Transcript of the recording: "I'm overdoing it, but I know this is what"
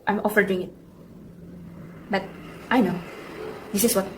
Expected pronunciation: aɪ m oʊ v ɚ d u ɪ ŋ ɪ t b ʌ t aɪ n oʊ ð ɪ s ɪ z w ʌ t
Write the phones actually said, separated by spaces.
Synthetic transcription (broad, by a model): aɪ m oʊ f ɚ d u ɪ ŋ ɪ t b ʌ t aɪ n oʊ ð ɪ s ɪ s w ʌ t